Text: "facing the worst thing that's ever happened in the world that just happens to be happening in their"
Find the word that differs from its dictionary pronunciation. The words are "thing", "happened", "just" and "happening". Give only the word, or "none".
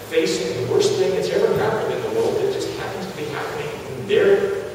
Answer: none